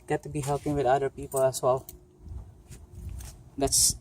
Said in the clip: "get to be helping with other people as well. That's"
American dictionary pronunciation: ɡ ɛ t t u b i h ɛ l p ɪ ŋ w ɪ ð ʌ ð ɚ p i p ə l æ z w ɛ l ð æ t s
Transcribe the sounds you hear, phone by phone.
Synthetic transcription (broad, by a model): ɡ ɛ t t u b i h ɛ l p ɪ ŋ w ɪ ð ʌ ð ɚ p i p ə l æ s w ɛ l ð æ t s